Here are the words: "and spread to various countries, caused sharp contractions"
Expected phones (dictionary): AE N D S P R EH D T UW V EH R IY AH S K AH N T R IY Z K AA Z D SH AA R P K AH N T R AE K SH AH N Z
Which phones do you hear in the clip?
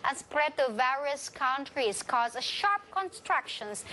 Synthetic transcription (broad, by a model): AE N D S P R EH D T UW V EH R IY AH S K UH N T R IY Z K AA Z SH AA R P K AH N T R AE K SH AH N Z